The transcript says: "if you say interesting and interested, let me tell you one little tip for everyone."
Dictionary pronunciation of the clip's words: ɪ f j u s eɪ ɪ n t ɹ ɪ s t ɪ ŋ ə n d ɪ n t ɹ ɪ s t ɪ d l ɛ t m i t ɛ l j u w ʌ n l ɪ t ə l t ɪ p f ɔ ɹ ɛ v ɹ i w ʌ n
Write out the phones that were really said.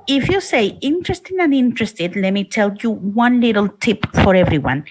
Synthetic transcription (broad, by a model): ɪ f j u s eɪ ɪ n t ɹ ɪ s t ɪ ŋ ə n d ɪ n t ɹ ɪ s t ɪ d l ɛ t m i t ɛ l j u w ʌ n l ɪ t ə l t ɪ p f ɔ ɹ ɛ v ɹ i w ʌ n